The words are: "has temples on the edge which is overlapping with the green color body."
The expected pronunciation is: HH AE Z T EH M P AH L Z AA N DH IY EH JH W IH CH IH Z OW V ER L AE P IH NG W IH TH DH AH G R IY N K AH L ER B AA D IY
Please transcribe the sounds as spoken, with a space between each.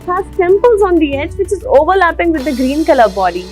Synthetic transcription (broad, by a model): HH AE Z S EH M P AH L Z AA N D IY EH JH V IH CH IH Z OW V ER L AE P IH NG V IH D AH G R IY N K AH L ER B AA D IY